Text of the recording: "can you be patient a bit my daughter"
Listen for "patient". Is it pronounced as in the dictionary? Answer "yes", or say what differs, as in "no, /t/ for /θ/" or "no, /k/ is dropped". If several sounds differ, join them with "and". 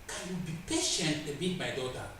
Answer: yes